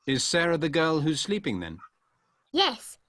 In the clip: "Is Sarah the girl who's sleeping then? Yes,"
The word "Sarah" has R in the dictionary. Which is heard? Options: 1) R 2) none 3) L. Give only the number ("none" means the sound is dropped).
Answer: 1